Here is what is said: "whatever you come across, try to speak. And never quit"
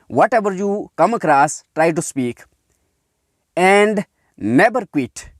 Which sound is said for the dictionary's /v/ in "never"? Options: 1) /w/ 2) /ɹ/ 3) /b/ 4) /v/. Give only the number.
3